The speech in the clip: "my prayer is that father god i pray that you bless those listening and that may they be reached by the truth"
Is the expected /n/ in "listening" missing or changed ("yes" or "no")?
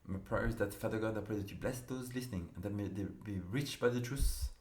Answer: no